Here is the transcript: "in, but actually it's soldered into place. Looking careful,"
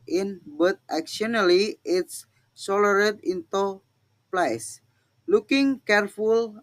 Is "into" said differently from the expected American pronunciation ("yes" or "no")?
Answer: no